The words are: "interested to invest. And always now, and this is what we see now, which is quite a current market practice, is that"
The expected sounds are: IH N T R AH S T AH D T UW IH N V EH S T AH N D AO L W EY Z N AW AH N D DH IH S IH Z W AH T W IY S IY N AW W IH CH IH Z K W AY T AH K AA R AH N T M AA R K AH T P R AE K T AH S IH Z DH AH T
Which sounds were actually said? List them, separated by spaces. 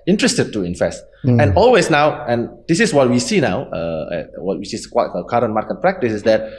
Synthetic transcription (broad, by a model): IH N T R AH S T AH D T UW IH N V EH S T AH N AO L W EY S N AW AH N D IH S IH S W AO T W IY S IY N AW W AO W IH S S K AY AH K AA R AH N M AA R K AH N P R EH K T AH S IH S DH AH T